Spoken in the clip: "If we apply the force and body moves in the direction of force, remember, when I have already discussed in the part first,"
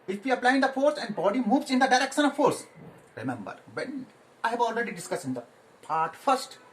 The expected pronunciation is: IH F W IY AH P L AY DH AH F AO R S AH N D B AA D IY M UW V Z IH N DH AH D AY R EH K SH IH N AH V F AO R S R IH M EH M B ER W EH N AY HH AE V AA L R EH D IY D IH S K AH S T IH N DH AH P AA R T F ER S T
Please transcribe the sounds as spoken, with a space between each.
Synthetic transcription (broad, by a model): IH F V IY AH P L AY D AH F AO R S AH N D B AA D IY M UW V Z IH N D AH D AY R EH K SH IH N AH V F AO R S R IH M EH M B ER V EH N AY HH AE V AA L R EH D IY D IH S K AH S IH N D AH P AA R T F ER S T